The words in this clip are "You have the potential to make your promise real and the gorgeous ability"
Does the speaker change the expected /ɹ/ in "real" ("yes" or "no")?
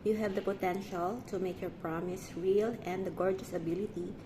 no